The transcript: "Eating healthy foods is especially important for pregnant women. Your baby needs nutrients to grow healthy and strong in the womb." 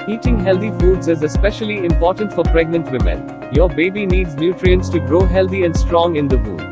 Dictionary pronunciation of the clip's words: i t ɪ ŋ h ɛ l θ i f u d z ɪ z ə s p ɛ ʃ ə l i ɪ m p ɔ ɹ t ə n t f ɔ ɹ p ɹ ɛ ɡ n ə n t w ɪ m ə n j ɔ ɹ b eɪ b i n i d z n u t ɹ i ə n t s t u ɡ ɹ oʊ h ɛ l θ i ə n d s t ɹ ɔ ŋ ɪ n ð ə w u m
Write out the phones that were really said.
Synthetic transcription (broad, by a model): i t ɪ ŋ h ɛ l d i f u d z ɪ z ə s p ɛ ʃ ə l i ɪ m p ɔ ɹ t ə n t f ɔ ɹ p ɹ ɛ ɡ n ə n t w ɪ m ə n j ɔ ɹ b eɪ b i n i d z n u t ɹ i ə n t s t u ɡ ɹ oʊ h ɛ l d i ə n d s t ɹ ɔ ŋ ɪ n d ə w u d